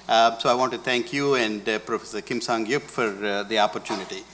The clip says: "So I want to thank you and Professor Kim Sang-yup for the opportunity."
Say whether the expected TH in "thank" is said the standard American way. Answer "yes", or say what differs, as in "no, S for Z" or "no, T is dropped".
no, T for TH